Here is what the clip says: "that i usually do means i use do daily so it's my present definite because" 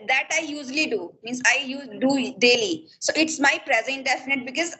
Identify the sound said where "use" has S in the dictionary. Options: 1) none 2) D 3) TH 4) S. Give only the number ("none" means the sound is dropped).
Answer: 1